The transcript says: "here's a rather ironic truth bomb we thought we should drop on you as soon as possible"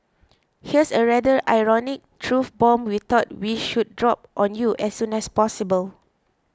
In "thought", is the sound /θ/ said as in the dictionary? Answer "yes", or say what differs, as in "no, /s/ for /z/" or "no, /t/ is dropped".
no, /t/ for /θ/